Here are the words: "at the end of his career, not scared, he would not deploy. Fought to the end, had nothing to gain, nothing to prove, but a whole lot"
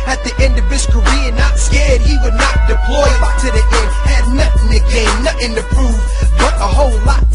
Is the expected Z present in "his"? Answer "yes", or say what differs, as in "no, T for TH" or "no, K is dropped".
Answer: no, S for Z